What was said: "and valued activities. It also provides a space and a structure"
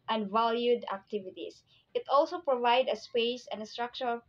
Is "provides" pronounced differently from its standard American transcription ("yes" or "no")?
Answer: yes